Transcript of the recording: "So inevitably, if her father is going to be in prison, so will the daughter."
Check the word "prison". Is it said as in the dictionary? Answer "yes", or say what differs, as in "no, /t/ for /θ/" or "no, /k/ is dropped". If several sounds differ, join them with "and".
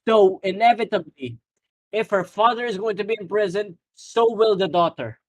yes